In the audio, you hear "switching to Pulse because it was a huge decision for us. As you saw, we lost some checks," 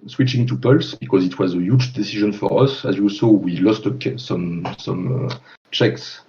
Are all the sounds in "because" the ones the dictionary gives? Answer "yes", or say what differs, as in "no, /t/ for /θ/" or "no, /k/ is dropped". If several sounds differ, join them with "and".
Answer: yes